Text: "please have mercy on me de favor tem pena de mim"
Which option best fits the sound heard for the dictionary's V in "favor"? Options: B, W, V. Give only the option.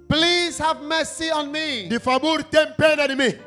B